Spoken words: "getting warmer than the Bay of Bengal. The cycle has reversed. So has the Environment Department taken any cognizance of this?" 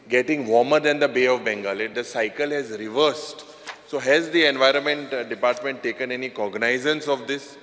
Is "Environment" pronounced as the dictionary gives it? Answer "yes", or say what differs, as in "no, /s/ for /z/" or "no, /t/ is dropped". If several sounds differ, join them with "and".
yes